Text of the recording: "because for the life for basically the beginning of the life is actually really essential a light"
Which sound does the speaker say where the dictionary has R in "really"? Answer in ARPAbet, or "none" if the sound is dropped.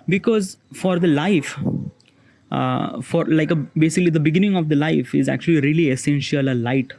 R